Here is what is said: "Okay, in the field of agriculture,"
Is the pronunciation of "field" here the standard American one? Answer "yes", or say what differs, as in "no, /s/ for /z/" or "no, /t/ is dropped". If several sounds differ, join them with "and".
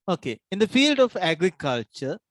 yes